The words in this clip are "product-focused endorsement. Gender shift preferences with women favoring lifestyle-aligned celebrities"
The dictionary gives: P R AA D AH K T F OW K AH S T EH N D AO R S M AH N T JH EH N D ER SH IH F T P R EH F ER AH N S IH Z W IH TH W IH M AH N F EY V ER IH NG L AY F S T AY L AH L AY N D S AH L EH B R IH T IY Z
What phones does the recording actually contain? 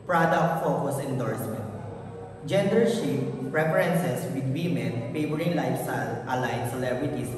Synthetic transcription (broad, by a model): P R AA D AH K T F OW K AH S EH N D AO R S M AH N T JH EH N D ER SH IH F P R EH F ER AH N S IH S W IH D W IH M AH N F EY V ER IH NG L AY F S T AY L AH L AY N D S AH L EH B R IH T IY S